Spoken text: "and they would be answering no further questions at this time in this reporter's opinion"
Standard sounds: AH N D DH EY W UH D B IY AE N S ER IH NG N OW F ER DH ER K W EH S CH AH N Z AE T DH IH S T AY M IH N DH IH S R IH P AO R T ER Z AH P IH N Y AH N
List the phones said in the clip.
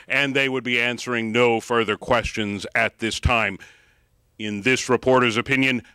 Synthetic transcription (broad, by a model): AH N DH EY W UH D B IY AE N S ER IH NG N OW F ER DH ER K W EH S CH AH N Z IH T DH IH S T AY M IH N DH IH S R IH P AO R T ER Z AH P IH N Y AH N